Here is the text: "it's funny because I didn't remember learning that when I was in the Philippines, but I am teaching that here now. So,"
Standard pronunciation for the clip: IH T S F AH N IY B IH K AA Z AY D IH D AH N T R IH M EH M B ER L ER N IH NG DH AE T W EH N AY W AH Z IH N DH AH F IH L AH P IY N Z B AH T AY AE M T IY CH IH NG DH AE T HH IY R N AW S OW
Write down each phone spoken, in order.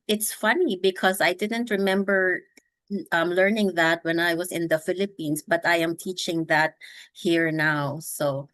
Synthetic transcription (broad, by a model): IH T S F AH N IY B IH K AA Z AY D IH D AH N T R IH M EH M B ER L ER N IH NG DH AE T W EH N AY W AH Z IH N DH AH F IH L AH P IY N S B AH T AY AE M T IY CH IH NG DH AE T HH IY R N AW S OW